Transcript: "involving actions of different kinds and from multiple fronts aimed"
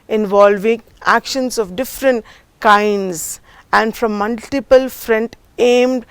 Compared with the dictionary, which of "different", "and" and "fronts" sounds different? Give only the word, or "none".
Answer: fronts